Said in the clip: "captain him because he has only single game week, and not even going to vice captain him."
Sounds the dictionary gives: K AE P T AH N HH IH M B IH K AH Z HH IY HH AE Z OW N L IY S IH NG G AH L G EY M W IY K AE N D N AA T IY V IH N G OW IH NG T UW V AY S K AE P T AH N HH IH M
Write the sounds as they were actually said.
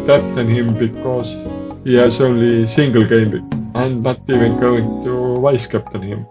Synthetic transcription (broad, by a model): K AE P T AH N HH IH M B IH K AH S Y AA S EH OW L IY S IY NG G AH L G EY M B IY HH AE N D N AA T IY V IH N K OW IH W T UW V AY S K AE P T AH N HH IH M